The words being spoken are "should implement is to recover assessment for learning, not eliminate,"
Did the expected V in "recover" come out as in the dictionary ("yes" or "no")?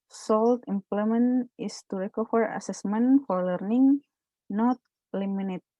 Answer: no